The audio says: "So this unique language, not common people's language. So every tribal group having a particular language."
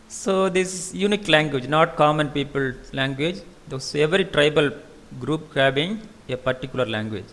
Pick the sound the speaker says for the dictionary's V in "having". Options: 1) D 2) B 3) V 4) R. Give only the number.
2